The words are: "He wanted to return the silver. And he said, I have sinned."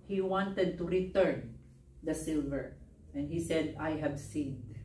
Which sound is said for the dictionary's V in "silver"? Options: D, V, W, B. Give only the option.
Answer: V